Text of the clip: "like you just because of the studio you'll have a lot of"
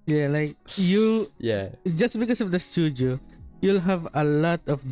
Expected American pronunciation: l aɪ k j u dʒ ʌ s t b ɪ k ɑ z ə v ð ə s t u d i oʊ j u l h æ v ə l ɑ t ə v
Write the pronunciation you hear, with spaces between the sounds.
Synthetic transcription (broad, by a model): l aɪ k j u dʒ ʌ s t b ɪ k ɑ s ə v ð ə s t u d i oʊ j u l h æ v ə l ɑ t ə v